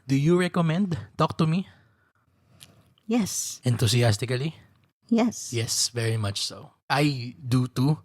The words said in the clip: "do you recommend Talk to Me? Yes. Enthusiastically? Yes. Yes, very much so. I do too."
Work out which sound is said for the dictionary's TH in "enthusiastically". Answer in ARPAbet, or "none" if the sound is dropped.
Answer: T